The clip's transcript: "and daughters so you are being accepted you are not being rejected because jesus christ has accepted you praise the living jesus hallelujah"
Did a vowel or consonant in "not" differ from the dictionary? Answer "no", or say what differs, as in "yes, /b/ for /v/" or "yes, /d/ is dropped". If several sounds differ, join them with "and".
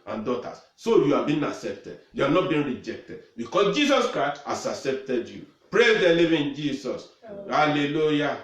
no